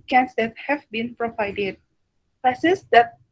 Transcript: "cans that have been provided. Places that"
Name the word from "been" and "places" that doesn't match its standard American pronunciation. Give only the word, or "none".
places